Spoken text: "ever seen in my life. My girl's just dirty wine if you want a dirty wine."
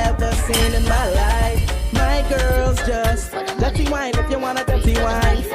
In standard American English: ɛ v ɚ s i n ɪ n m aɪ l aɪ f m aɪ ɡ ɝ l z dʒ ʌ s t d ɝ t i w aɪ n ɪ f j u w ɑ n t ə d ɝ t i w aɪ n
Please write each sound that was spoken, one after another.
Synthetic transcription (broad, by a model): ɛ v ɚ s i n ɪ n m aɪ l aɪ f m aɪ ɡ ɝ l z dʒ ʌ s t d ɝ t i w aɪ n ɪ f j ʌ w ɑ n ə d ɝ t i w aɪ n